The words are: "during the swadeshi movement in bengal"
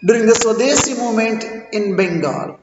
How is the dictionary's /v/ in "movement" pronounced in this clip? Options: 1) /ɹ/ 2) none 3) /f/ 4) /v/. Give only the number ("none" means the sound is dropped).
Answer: 2